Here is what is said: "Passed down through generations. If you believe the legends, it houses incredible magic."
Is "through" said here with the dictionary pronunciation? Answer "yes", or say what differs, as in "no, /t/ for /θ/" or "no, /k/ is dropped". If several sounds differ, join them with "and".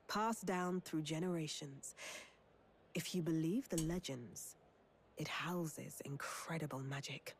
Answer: yes